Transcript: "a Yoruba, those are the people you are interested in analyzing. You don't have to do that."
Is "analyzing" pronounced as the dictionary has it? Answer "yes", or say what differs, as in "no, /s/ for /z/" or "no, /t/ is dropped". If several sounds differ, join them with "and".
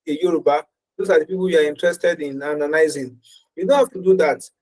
no, /n/ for /l/